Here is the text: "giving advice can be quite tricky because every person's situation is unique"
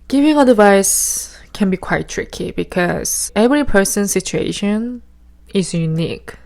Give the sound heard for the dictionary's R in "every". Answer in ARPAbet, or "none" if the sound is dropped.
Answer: R